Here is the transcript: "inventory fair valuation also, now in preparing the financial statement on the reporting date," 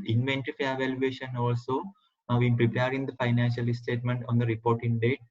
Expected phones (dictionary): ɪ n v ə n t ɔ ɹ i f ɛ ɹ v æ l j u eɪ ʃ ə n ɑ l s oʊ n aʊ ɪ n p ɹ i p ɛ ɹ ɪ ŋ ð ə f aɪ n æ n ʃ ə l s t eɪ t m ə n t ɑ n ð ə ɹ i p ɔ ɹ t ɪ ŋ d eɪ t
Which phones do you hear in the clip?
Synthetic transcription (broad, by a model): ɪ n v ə n t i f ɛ v æ l j u eɪ ʃ ə n ɑ l s oʊ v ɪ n p ɹ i p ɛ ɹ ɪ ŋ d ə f aɪ n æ n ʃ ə l s t eɪ t m ə n t ɑ n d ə ɹ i p ɔ ɹ t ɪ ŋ d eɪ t